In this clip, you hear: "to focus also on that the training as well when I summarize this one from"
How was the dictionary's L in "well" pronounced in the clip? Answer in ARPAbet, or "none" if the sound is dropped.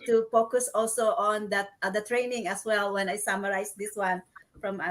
L